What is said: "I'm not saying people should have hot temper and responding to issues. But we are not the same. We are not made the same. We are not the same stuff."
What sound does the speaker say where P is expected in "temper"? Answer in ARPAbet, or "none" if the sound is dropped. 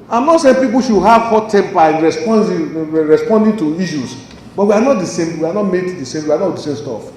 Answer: B